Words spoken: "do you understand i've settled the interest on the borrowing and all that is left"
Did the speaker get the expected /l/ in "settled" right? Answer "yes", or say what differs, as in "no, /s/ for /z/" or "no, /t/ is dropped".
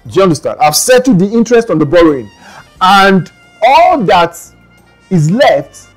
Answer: no, /l/ is dropped